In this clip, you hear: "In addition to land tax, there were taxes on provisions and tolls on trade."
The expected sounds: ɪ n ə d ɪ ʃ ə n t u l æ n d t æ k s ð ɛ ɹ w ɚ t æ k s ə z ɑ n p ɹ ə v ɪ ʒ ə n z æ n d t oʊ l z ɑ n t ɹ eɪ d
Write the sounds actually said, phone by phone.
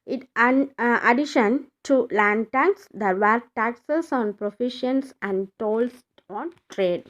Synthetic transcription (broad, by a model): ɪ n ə d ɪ ʃ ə n t u l æ n d t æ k s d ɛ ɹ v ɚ t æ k s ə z ɑ n p ɹ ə f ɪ ʃ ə n s æ n d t oʊ l s ɑ n t ɹ eɪ d